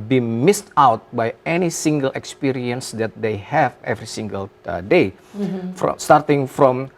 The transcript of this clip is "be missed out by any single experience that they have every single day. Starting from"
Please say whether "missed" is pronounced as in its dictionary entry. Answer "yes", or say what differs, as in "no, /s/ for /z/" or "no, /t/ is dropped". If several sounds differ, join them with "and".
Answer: yes